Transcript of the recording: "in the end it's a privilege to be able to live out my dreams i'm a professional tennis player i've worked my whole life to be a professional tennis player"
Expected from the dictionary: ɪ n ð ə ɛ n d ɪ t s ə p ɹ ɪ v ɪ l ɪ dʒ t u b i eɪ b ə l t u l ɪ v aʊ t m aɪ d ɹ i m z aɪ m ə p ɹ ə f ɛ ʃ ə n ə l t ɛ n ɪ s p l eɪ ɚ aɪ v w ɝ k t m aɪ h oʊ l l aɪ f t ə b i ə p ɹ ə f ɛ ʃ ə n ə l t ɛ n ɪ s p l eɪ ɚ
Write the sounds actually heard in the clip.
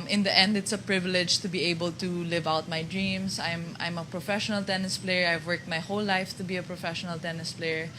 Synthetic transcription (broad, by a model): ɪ n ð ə ɛ n d ɪ t s ə p ɹ ɪ v ɪ l ɪ dʒ t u b i eɪ b ə l t u l ɪ v aʊ t m aɪ d ɹ i m s aɪ m ə p ɹ ə f ɛ ʃ ə n ə l t ɛ n ɪ s p l eɪ ɚ aɪ v w ɝ k t m aɪ h oʊ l l aɪ f t ə b i ə p ɹ ə f ɛ ʃ ə n ə l t ɛ n ɪ s p l eɪ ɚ